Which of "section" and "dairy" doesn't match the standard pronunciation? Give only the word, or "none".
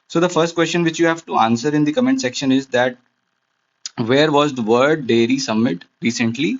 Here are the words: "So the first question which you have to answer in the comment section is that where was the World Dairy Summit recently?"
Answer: none